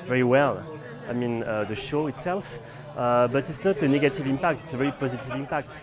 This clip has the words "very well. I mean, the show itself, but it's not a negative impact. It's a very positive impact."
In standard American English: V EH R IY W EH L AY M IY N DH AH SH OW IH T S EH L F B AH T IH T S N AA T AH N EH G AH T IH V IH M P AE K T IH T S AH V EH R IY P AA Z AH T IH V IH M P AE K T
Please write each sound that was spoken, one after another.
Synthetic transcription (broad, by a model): V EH R IY W EH L AY M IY N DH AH SH OW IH T S EH L F B AH T IH T S N AA T AH N EH G AH T IH V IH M P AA K T IH T S AH V EH R IY P AA Z AH T IH V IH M P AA K T